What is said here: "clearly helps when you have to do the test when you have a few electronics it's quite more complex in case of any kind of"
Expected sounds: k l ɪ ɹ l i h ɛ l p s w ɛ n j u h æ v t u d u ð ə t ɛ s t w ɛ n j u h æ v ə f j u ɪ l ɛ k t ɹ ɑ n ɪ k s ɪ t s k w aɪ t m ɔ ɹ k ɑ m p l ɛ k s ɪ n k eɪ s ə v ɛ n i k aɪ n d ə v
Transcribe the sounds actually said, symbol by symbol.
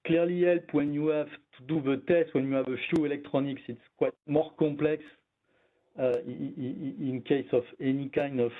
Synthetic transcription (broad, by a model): k l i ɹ l i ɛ l p w ɛ n j u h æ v t u d u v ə t ɛ s t w ɛ n j u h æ v ə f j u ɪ l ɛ k t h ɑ n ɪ k s ɪ t s k w aɪ t m ɔ ɹ k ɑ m p l ɛ k s ɪ n k eɪ s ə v ɛ n i k aɪ n d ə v